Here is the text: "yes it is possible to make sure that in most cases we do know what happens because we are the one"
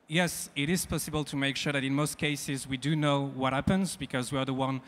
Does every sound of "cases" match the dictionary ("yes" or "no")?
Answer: yes